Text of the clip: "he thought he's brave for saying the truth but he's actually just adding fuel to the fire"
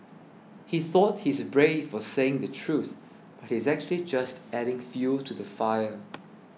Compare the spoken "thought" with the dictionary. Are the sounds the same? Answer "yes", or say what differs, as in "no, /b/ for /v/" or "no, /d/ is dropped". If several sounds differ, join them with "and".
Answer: yes